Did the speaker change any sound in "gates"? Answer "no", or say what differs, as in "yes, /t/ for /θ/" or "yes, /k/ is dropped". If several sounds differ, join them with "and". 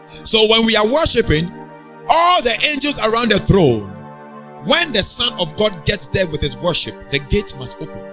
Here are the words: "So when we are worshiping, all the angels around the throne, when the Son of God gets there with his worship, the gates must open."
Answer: yes, /s/ is dropped